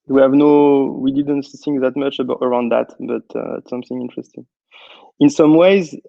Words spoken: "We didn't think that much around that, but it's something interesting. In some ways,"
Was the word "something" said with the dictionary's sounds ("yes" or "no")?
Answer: yes